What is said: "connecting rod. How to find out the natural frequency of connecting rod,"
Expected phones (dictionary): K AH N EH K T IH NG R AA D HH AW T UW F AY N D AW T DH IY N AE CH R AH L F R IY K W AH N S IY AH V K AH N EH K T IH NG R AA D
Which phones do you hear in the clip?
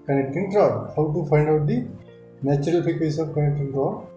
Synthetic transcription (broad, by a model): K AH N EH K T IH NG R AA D HH AW T UW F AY N D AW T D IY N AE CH R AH L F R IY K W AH S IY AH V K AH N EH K T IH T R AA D